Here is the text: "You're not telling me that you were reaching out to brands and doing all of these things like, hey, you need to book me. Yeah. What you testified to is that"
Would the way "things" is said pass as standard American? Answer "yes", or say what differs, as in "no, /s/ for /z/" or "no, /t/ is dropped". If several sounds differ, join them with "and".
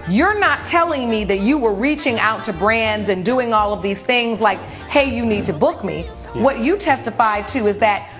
yes